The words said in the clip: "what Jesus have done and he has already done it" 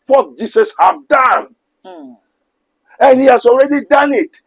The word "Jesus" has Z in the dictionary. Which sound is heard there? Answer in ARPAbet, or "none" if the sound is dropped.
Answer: S